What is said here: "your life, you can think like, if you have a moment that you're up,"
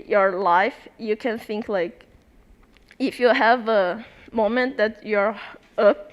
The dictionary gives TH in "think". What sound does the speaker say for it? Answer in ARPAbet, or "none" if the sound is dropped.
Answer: TH